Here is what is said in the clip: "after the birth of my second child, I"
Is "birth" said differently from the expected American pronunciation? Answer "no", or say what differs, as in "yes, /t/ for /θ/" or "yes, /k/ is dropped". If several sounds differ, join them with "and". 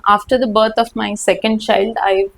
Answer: yes, /t/ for /θ/